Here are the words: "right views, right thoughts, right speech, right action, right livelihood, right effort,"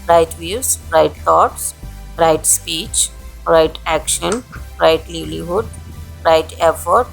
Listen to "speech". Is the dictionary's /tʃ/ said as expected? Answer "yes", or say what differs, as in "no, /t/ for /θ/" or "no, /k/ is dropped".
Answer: yes